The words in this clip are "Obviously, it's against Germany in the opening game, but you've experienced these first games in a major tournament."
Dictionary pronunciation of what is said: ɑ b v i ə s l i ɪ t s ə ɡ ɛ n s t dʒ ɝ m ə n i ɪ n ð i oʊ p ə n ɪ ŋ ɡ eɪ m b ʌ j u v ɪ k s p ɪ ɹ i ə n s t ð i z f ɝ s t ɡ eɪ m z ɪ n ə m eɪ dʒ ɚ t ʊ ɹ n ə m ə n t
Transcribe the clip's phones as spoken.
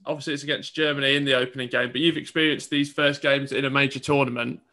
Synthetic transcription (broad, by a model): ɑ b v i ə s l i ɪ t s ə ɡ ɛ n s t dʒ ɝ m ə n i ɪ n ð i oʊ p ə n ɪ ŋ ɡ eɪ m b ʌ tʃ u v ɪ k s p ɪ ɹ i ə n s ð i z f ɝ s ɡ eɪ m z ɪ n ə m eɪ dʒ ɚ t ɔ n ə m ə n t